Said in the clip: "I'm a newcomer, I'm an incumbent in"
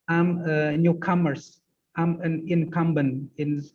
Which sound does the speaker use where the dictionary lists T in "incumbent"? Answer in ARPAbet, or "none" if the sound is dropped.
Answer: none